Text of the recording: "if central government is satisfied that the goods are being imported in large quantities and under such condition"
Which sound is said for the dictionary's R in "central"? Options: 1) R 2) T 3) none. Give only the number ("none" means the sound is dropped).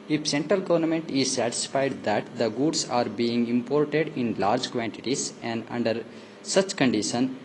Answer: 1